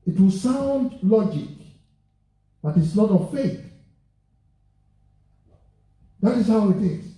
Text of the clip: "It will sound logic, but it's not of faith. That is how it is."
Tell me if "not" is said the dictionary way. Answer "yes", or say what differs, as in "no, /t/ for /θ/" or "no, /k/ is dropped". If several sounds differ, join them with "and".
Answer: no, /l/ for /n/